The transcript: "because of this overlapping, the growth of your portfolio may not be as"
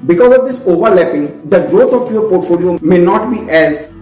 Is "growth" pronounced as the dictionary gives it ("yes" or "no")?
no